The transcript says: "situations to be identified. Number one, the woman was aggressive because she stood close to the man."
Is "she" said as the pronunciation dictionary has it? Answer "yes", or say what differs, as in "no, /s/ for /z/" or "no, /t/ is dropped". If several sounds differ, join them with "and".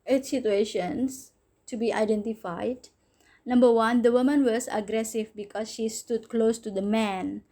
yes